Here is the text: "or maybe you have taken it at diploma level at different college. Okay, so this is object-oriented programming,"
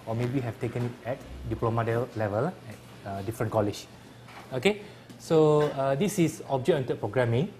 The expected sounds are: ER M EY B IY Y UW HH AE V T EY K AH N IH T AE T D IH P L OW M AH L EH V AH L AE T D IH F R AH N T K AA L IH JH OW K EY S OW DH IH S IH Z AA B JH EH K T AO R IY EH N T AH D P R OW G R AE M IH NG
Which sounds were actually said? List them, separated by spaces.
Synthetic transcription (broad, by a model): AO M EY B IY HH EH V T EY K AH N IH T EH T D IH P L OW M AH L EH V AH L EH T D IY F R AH N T K AA L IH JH OW K EY S OW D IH S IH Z AA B JH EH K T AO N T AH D P R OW G R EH M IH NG